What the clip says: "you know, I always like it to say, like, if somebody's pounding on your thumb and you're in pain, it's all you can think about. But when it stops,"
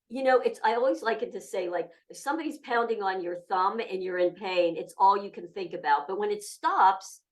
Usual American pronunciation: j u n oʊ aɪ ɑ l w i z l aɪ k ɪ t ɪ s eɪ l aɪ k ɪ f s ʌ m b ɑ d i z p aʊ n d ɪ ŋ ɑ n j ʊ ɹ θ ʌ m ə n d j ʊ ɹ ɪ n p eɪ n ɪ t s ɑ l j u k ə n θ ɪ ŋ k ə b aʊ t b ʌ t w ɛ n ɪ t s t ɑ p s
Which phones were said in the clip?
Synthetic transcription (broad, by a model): j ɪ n oʊ aɪ ɑ l w i z l aɪ k ɪ t ɪ s eɪ l aɪ k ɪ f s ʌ m b ɑ d i z p aʊ n d ɪ ŋ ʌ n j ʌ ɹ θ ʌ m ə n j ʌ ɹ ɪ n p eɪ n ɪ t s ɑ l j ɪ k ə n θ ɪ ŋ k ə b aʊ t b ʌ t w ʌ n ɪ t s t ɑ p s